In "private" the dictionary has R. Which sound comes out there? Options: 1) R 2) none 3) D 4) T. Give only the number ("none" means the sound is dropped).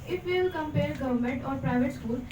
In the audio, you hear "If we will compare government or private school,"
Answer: 1